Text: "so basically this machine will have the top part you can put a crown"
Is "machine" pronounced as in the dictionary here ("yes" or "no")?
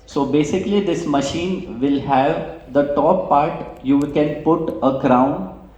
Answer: yes